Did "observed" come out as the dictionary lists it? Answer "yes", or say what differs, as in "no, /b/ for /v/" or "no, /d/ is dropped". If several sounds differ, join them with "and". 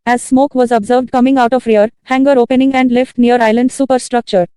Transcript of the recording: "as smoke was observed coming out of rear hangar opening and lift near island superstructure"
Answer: yes